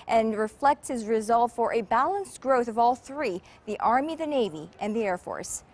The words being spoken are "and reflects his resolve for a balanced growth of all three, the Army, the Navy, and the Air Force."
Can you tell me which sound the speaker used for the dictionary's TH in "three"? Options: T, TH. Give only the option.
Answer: TH